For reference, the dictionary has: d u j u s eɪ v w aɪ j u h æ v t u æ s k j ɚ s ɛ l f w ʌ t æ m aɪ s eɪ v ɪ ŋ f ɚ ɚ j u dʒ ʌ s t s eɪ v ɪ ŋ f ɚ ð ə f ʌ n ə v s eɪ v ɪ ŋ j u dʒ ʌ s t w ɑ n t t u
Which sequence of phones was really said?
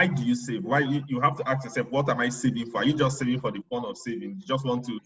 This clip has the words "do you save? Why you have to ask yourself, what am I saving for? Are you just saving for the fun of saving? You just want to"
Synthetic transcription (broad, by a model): d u j u s eɪ v w aɪ j u h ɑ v t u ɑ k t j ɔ s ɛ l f w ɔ t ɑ m aɪ s eɪ v ɪ ŋ f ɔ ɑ j u dʒ ʌ s t s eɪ v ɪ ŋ f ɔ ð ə p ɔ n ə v s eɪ v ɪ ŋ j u dʒ ʌ s t w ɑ n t t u